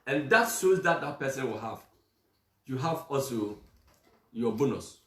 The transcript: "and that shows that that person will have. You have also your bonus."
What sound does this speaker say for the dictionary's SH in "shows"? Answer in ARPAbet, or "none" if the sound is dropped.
S